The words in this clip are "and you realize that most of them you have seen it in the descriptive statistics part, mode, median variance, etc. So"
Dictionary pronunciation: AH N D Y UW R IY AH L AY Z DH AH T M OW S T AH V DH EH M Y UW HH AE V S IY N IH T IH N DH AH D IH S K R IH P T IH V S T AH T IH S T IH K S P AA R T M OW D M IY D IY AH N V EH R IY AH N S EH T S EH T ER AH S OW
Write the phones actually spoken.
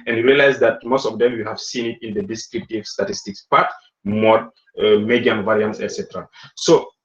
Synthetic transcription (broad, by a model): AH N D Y R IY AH L AY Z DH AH T M OW S T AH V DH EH M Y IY HH AE V S IY N IH T IH N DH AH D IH S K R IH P T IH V S T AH T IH S T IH K S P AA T M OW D M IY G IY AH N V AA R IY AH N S EH T S EH T ER AH S OW